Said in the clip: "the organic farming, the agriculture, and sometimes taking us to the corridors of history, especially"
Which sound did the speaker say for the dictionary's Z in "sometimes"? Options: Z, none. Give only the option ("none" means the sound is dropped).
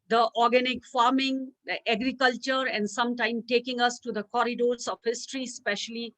none